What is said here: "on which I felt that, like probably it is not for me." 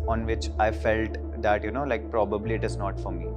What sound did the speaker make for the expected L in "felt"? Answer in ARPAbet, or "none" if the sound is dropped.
L